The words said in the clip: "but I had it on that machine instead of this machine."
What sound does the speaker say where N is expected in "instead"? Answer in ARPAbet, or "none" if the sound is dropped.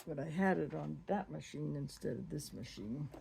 N